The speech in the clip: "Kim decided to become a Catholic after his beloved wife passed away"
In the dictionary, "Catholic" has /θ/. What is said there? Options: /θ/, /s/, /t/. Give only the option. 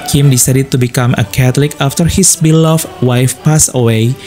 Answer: /t/